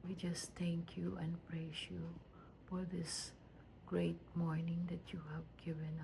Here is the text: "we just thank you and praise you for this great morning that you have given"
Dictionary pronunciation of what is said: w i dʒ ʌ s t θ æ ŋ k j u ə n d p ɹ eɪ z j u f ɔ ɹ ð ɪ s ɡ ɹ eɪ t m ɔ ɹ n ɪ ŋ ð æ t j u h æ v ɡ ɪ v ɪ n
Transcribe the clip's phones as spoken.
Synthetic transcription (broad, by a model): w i dʒ ʌ s t t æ ŋ k j u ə n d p ɹ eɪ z j u f ɔ ɹ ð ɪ s ɡ ɹ eɪ t m ɔ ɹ n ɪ ŋ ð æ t j u h æ v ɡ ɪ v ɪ n